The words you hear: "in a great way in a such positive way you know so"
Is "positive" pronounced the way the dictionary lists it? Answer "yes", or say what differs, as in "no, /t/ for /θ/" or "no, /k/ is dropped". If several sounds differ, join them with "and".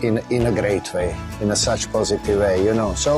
yes